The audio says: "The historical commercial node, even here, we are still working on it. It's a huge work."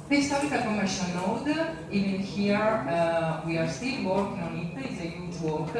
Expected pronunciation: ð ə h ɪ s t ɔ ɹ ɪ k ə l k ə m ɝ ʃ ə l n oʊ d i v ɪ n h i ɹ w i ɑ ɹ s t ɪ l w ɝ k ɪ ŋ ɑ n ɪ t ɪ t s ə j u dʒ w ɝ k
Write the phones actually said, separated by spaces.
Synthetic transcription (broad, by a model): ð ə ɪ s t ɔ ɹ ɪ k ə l k ə m ɝ ʃ ə l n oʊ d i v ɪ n h i ɹ w i ɑ ɹ s t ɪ l w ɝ k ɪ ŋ ɑ n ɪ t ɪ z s ə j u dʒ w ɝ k